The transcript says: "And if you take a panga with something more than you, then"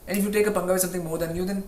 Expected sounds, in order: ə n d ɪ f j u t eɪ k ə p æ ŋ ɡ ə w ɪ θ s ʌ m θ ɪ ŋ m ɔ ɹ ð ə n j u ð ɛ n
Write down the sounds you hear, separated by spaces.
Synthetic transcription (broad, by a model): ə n ɪ f j u t eɪ k ə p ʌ ŋ ɡ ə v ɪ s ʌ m t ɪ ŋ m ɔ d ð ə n j u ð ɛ n